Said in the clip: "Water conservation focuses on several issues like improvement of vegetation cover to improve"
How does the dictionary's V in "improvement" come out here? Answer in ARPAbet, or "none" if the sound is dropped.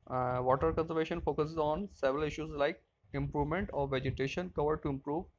V